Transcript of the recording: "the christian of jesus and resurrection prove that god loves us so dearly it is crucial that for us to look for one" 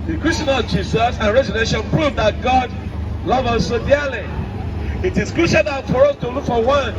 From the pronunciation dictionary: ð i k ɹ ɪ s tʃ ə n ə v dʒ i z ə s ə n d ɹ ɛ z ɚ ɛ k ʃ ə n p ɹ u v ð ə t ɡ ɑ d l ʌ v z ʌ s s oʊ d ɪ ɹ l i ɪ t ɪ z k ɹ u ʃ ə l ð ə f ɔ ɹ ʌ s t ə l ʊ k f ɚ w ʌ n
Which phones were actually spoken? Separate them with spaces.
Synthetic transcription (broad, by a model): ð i k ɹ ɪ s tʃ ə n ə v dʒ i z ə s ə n ɹ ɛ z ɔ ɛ ʃ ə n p ɹ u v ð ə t ɡ ɑ d l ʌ v ʌ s s oʊ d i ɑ l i ɪ t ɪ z k ɹ u ʃ ə l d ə f ɔ ɹ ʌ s t ə l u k f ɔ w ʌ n